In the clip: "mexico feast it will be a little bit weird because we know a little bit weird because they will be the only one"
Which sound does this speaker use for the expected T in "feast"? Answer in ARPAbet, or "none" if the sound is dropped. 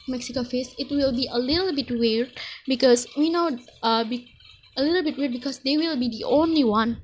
none